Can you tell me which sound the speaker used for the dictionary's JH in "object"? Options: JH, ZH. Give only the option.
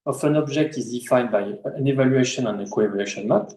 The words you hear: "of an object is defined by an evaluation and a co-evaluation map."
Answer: ZH